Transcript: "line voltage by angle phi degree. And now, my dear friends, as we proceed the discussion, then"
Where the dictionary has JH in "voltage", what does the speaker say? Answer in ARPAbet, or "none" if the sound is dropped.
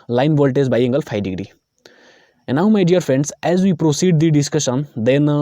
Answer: Z